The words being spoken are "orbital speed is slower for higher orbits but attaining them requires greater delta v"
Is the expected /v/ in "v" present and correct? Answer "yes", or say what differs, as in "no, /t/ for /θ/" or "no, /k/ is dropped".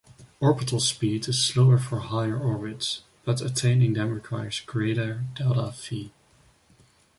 no, /f/ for /v/